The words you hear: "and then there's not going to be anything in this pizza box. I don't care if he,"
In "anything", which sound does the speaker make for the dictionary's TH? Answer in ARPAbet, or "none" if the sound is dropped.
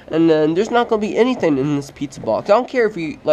TH